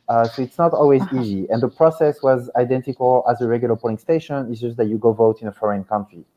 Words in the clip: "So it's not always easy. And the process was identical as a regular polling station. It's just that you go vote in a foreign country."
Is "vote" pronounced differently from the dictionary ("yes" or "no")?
no